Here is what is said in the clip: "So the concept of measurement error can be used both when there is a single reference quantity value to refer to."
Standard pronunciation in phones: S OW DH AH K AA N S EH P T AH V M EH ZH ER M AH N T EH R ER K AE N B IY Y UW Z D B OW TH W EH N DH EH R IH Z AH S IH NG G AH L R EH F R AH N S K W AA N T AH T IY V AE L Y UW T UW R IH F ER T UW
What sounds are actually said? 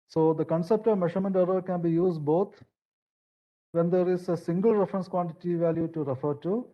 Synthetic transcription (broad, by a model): S OW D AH K AA N S EH P T AH V M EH SH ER M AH N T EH R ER K AE N B IY Y UW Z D B OW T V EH N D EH R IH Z AH S IH NG G AH L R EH F R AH N S K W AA N T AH T IY V AE L Y UW T UW R IH F ER T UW